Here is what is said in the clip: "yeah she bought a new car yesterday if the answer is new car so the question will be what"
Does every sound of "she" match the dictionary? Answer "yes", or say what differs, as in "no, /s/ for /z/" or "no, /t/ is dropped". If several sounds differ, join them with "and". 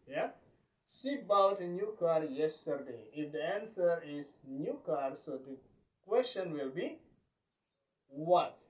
no, /s/ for /ʃ/